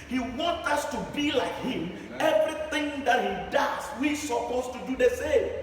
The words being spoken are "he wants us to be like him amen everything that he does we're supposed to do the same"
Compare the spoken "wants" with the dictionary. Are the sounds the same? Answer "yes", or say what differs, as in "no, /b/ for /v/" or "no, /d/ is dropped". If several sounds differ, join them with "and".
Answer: no, /s/ is dropped